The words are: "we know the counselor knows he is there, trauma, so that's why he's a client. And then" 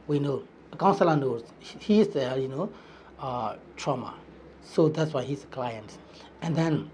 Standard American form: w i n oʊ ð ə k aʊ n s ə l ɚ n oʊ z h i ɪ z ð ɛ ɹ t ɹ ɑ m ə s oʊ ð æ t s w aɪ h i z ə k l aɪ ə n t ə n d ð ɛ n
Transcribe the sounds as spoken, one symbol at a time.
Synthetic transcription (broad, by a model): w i n oʊ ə k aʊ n s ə l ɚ n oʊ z h i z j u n t ɹ ɑ m ə s oʊ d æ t s w aɪ h i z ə k l aɪ ə n t ə n d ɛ n